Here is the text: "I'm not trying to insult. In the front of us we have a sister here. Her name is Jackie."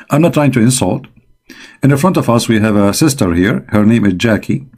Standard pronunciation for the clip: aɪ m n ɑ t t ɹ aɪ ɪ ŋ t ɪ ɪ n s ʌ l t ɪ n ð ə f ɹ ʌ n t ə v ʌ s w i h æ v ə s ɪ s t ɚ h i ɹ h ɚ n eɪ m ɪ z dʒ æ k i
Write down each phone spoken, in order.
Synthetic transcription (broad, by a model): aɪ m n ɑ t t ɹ aɪ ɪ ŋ t ɪ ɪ n s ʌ l t ɪ n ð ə f ɹ ʌ n t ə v ʌ s w i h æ v ə s ɪ s t ɚ h i ɹ h ɚ n eɪ m ɪ z dʒ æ k i